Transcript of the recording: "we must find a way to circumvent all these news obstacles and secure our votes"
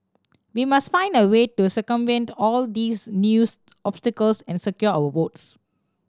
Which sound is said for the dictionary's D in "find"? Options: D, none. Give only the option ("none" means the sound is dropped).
D